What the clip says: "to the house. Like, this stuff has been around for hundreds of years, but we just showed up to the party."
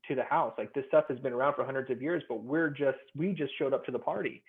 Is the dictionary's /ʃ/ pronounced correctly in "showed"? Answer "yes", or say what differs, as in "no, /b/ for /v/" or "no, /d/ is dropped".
yes